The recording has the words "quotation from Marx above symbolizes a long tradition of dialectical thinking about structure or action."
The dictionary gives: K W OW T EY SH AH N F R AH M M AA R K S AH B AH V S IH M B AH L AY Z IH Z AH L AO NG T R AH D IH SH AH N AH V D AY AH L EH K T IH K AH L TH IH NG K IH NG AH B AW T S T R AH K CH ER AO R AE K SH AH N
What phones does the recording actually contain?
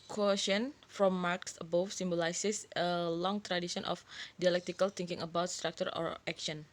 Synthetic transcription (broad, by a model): K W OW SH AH N F R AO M M AA R K S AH B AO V S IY M B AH L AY S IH S AH L AO NG T R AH D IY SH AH N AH F D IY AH L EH K T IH K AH L T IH NG K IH NG AH B AW T S T R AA K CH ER AO R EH K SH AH N